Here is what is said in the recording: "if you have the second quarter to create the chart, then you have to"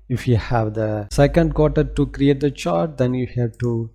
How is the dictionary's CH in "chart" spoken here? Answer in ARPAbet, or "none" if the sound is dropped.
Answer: CH